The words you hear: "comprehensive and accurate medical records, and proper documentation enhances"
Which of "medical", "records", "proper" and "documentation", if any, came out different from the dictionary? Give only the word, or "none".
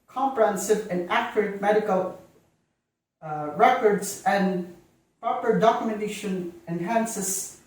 records